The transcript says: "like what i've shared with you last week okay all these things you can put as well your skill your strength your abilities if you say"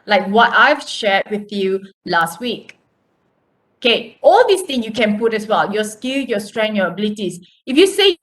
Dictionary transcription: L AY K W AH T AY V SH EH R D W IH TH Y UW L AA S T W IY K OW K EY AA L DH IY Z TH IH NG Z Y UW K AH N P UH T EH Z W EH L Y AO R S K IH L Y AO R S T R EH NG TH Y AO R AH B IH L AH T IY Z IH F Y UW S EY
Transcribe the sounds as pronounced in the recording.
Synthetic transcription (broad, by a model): L AY K W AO T AY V SH EH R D W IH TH Y UW L AA S T W IY K OW K EY AA L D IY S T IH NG Y UW K AH N P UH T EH S W EH L Y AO S K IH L Y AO S T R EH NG Y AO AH B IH L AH T IY S IH F Y UW S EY